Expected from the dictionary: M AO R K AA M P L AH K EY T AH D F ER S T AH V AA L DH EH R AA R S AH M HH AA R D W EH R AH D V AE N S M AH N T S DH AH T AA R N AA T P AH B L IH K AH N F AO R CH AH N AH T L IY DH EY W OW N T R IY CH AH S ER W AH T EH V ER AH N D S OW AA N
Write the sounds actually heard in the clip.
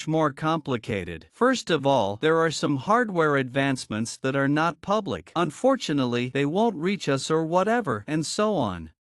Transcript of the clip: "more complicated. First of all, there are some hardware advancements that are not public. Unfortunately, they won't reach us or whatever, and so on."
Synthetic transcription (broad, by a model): M AO R K AA M P L AH K EY T AH D F ER S T AH V AA L DH EH R AA R S AH M HH AA R D W EH R AH D V AE N S M AH N T S DH AH T AA R N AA T P AH B L IH K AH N F AO R CH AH N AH T L IY DH EY W OW N T R IY CH AH S ER W AH T EH V ER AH N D S OW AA N